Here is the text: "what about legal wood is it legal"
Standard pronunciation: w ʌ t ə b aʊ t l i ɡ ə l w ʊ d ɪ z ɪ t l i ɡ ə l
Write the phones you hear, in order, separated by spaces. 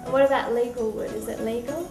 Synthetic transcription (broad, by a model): w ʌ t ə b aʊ t l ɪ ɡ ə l w ʊ d ɪ z ɪ t l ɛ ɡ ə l